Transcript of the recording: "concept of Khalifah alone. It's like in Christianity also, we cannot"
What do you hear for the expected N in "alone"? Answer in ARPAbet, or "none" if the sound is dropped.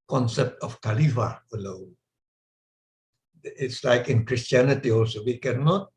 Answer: none